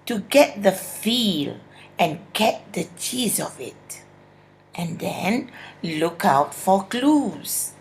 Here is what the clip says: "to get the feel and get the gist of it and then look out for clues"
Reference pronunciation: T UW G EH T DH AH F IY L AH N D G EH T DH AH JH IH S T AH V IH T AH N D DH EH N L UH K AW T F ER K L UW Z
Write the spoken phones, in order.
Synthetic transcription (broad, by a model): T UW G EH T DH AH F IY L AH N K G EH T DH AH CH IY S AH V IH T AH N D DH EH N L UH K AW T F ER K L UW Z